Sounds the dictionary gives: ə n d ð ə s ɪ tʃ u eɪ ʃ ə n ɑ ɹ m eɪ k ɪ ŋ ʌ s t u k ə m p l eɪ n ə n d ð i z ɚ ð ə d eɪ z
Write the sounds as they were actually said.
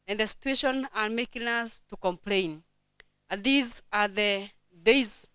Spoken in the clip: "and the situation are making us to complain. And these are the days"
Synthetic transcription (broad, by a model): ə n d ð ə s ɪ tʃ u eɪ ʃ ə n ɑ ɹ m eɪ k ɪ ŋ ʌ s t u k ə m p l eɪ ə n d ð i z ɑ ð ə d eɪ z